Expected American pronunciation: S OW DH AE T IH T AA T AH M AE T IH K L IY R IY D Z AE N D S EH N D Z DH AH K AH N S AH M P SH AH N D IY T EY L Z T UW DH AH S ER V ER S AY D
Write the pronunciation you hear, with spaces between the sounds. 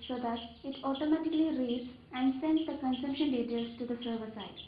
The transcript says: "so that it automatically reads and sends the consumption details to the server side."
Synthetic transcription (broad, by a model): S OW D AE T IH T AA T AH M AE T IH K L IY R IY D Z AE N D S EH N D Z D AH K AH N S AH M P SH AH N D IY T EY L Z T UW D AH S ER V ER S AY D